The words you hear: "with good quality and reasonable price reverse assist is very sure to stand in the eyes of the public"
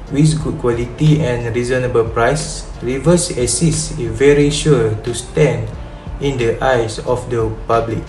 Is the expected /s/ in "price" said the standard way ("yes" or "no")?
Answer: yes